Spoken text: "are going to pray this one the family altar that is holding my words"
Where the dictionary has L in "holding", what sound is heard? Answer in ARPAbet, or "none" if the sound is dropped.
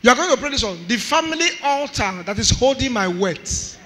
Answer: L